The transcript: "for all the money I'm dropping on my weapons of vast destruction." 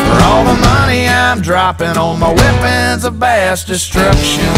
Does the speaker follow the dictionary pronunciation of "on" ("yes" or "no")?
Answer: no